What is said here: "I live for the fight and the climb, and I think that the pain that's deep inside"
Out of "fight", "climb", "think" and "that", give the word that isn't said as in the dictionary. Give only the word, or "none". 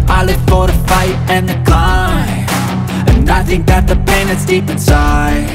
climb